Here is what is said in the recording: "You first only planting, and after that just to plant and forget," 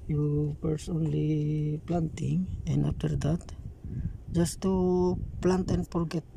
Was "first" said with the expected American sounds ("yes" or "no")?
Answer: no